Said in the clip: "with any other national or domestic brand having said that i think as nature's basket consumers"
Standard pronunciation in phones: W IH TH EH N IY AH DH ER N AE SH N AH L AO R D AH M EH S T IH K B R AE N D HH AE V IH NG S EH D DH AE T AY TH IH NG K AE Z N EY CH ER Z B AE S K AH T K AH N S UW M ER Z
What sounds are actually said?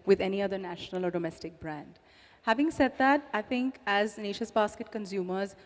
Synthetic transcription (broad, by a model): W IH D EH N IY AH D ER N AE SH N AH L AO R D AH M EH S T IH K B R AE N D HH AE V IH NG S EH D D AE T AY T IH NG K AE Z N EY SH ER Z B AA S K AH T K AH N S UW M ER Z